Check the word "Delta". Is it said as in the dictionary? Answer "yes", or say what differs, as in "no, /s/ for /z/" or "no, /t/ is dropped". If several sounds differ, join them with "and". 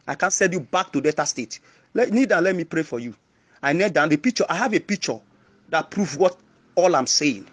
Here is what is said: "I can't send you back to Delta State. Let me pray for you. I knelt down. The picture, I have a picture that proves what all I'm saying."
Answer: no, /l/ is dropped